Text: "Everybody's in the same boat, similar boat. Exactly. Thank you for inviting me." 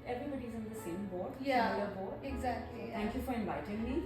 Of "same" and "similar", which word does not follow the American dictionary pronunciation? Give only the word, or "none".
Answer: similar